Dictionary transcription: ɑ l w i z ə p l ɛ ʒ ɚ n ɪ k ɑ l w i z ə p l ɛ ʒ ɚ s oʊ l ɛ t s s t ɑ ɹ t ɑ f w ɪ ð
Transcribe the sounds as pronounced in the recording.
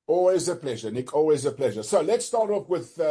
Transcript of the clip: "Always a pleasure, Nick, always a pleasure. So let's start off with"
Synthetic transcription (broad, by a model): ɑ l w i z ə p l ɛ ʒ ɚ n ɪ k ɑ l w i z ə p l ɛ ʒ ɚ s oʊ l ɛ t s s t ɑ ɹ t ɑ p w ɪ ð